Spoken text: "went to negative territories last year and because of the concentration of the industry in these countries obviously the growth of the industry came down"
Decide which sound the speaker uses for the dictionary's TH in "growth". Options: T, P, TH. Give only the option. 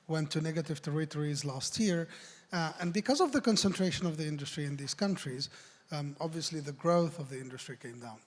TH